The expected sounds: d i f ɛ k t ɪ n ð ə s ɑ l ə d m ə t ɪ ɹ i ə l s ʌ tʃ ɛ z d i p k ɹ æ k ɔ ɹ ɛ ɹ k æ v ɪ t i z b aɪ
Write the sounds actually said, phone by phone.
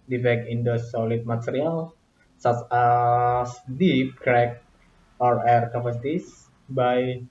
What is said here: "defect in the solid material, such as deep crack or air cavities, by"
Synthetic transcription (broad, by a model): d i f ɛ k ɪ n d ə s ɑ l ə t m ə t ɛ ɹ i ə l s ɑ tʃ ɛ s d i p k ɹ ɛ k ɔ ɹ ɛ ɹ k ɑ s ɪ t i s b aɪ